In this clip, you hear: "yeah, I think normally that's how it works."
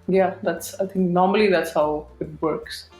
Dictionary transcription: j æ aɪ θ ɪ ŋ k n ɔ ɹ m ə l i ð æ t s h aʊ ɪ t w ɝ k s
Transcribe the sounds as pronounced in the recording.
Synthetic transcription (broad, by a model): j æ aɪ t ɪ ŋ k n ɔ ɹ m ə l i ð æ t s h aʊ ɪ t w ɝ k s